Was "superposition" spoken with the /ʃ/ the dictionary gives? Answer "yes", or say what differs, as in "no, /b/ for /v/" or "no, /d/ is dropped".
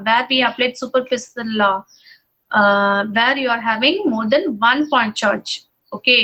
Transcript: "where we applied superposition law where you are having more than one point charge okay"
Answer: no, /s/ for /ʃ/